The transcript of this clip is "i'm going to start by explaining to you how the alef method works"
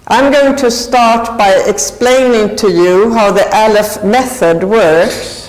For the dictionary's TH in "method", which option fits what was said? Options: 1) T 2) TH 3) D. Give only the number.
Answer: 2